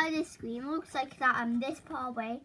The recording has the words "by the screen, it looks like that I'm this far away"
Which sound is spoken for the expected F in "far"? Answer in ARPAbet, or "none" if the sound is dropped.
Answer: P